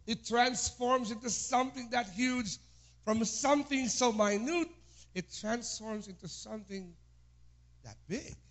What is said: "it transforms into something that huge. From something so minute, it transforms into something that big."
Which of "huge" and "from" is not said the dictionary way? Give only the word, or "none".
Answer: huge